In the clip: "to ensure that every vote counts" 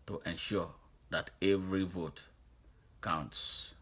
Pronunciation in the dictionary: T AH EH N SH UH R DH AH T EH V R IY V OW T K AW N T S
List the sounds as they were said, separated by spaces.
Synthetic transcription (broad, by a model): T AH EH N SH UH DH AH T EH V R IY V OW T K AW N T S